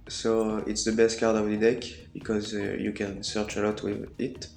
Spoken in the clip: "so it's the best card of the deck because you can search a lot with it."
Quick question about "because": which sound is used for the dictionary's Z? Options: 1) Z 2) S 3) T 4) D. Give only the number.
1